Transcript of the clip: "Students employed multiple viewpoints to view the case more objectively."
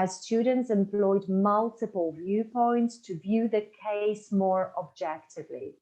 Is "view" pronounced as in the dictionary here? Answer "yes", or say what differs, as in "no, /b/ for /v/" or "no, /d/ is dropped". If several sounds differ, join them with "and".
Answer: yes